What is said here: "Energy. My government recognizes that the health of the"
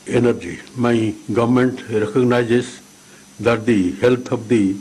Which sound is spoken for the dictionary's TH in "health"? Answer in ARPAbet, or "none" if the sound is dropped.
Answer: T